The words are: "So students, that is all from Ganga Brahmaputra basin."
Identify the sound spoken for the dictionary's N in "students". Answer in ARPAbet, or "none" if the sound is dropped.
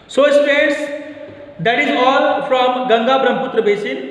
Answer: none